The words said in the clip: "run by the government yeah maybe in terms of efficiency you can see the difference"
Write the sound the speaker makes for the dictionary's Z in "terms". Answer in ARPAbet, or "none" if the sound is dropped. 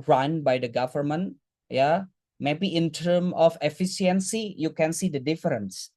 none